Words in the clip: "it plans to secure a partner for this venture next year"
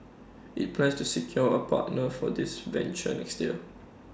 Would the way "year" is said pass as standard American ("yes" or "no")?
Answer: no